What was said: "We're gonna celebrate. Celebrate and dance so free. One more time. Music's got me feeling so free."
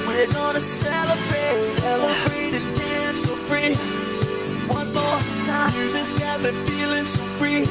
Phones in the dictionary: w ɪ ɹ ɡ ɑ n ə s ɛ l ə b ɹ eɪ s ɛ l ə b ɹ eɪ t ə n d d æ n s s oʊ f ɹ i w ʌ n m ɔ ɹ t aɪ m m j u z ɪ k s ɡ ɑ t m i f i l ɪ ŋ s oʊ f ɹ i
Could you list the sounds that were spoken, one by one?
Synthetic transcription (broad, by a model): w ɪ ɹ ɡ ɑ n ə s ɛ l ə b ɹ eɪ s ɛ l ə b ɹ eɪ t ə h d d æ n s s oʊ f ɹ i w ʌ n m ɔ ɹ t aɪ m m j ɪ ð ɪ s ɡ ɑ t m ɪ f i l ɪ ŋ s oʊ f ɹ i